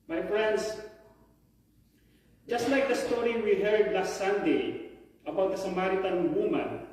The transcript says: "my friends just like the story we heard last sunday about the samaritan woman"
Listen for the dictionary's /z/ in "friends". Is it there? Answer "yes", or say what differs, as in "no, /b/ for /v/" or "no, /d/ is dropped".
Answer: no, /s/ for /z/